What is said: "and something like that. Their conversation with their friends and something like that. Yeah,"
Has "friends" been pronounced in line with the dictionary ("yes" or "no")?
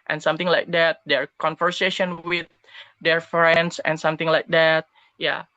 no